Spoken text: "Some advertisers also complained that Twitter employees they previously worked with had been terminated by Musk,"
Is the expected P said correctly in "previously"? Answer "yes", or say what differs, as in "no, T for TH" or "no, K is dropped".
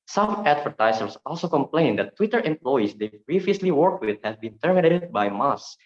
no, B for P